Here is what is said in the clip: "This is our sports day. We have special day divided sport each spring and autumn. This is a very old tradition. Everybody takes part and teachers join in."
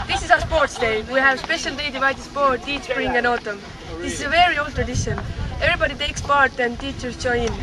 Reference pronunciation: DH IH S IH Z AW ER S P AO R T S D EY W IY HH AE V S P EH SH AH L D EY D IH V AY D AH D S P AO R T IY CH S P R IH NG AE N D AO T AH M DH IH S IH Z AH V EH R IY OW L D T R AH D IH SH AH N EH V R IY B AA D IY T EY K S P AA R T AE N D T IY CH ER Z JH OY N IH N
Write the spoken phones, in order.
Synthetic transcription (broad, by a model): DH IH S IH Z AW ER S P AO R T S D EY W IY HH AE V S P EH SH AH L D EY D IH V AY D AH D S P AO R T IY CH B R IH NG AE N AO T AH M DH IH S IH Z AH V EH R IY OW L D T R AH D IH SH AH N EH V R IY B AA D IY T EY K S P AA R T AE N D T IY CH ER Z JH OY IH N